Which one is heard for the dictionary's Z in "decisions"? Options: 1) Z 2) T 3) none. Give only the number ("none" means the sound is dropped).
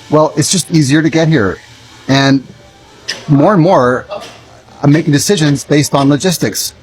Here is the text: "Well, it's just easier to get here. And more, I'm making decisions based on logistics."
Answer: 1